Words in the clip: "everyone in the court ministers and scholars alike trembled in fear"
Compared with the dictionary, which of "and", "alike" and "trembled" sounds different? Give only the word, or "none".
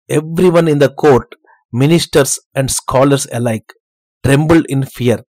none